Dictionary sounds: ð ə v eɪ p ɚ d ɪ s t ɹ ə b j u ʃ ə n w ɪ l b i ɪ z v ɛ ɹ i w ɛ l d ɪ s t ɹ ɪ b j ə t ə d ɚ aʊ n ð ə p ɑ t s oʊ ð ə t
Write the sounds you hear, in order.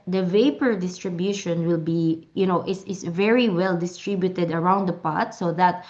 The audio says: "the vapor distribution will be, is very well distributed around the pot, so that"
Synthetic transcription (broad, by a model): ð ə v eɪ p ɚ d ɪ s t ɹ ə b j u ʃ ə n w ɪ l b i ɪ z v ɛ ɹ i w ɛ l d ɪ s t ɹ ɪ b j ə t ə d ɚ aʊ n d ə p ɑ t s oʊ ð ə t